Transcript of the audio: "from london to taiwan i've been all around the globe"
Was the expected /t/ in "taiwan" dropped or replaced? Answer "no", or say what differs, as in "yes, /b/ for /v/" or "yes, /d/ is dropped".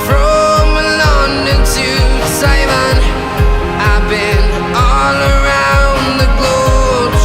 yes, /s/ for /t/